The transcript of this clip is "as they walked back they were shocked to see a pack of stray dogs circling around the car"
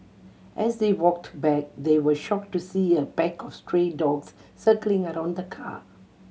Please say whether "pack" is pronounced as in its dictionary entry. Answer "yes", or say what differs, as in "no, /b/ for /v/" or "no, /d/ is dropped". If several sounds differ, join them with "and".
no, /b/ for /p/